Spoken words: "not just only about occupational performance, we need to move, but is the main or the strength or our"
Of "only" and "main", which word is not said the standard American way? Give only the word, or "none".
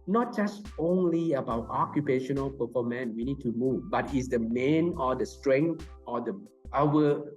none